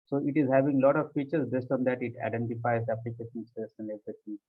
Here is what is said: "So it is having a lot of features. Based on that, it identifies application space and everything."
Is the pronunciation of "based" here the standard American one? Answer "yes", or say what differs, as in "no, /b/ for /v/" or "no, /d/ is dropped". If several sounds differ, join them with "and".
yes